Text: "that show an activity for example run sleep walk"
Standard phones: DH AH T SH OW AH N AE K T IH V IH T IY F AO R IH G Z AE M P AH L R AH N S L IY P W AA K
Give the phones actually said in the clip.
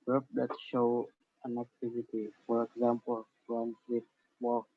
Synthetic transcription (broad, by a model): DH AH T SH OW AH N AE K T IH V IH T IY F AO R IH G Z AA M P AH L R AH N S IY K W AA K